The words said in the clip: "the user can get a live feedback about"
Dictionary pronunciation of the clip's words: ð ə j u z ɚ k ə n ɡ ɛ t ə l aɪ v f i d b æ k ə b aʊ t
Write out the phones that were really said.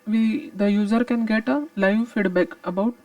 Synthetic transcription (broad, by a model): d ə j u z ɚ k ə n ɡ ɛ t ə l aɪ v f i d b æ k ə b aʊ t